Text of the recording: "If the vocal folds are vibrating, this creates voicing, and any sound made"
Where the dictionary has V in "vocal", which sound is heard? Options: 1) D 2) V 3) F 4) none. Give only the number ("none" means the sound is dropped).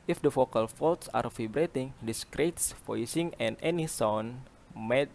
3